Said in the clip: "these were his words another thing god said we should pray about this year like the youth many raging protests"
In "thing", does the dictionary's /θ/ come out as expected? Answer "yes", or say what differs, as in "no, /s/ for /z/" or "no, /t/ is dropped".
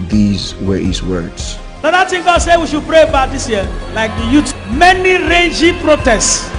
no, /t/ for /θ/